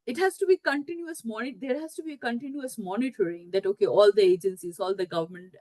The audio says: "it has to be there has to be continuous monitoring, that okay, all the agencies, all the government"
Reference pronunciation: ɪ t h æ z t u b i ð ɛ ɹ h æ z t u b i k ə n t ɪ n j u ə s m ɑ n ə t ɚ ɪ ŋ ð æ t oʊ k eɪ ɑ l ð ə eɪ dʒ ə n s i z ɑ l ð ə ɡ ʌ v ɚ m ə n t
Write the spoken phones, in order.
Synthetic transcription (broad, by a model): ɪ t h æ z t u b i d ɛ ɹ h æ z t u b i k ə n t ɪ n j u ə s m ɑ n ə t ɚ ɪ ŋ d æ t oʊ k eɪ ɑ l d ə eɪ dʒ ə n s i z ɑ l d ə ɡ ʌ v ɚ m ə n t